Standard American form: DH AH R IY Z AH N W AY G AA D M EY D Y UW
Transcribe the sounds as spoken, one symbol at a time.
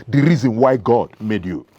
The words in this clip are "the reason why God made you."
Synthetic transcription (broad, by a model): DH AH R IY Z AH N W AY G AA D M EY D Y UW